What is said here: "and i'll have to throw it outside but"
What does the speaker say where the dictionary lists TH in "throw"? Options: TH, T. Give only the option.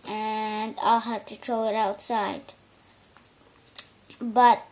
T